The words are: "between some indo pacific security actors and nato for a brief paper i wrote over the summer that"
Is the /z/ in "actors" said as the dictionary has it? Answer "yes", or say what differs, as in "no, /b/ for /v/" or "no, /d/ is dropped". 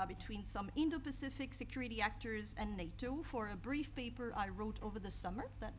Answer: yes